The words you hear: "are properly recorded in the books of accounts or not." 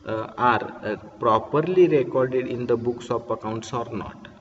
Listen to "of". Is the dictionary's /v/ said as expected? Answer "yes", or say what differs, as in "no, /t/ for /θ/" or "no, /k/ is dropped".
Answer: no, /p/ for /v/